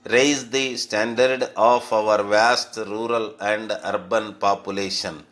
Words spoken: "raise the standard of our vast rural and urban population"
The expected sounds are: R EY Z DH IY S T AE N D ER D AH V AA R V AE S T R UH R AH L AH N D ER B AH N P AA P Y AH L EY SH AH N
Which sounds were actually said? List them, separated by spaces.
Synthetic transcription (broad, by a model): R EY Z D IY S T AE N D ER D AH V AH R V AE S T R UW R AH L AH N D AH B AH N P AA P Y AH L EY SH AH N